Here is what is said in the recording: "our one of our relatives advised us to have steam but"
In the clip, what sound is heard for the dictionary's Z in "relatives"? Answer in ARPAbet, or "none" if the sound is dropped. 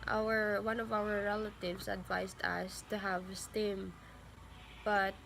S